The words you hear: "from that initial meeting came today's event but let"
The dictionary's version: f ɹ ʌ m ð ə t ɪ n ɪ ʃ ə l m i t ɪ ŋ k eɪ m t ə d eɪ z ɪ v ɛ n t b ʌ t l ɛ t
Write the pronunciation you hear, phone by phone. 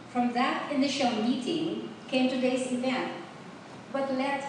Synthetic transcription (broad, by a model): f ɹ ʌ m ð ə t ɪ n ɪ ʃ ə l m i t ɪ ŋ k eɪ m t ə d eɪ s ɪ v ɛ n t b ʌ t l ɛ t